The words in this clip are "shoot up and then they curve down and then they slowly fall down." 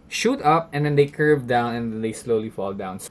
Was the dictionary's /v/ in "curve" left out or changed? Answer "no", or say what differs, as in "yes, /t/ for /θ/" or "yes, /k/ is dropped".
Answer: no